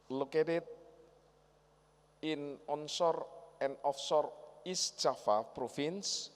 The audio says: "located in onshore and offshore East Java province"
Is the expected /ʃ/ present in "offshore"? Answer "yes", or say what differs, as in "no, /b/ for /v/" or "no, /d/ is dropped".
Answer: no, /s/ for /ʃ/